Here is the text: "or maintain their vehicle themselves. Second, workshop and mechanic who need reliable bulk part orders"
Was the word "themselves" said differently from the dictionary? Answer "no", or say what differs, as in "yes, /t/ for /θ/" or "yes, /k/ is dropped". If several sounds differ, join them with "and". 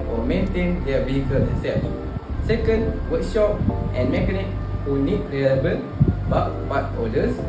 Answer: yes, /m/ is dropped